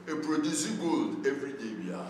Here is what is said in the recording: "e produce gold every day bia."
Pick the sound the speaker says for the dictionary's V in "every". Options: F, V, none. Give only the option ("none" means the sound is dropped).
F